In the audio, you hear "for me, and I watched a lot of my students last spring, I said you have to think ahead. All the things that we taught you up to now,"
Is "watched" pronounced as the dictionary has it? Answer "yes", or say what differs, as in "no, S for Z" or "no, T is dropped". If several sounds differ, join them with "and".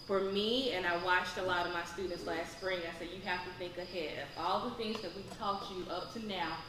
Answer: yes